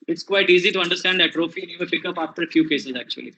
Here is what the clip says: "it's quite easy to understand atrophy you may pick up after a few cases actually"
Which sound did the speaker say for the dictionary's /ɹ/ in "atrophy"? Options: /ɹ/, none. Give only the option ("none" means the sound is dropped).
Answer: /ɹ/